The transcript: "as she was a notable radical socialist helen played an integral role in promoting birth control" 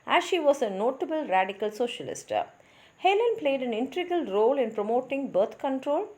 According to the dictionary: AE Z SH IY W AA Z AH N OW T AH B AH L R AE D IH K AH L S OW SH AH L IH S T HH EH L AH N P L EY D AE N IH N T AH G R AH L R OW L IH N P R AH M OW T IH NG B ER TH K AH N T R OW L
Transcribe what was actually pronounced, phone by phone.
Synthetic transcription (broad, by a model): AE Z SH IY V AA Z AH N OW T AH B AH L R AE D IH K AH L S OW SH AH L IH S T HH EH L AH N P L EY D AE N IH N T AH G AH L R OW L IH N P R AH M OW T IH NG B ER T K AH N T R OW L